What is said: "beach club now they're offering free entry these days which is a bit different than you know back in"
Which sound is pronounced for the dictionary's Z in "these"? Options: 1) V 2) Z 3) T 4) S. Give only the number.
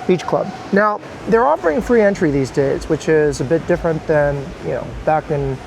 2